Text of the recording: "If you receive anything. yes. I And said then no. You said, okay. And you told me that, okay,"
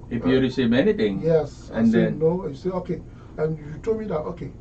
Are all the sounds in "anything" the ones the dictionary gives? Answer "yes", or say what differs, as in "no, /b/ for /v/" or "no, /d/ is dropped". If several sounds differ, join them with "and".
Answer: no, /t/ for /θ/